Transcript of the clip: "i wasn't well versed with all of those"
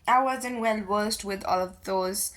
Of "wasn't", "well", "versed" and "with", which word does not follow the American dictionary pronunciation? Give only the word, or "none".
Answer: versed